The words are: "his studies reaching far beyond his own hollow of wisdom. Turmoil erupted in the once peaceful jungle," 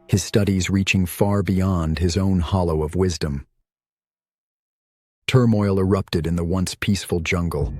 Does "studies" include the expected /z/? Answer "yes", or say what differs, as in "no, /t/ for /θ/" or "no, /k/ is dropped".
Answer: yes